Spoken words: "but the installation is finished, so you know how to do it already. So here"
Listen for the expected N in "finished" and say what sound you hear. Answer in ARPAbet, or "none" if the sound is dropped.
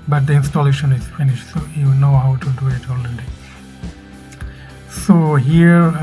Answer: N